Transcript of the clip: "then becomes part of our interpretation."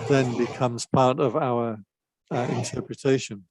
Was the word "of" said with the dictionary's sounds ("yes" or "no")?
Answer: yes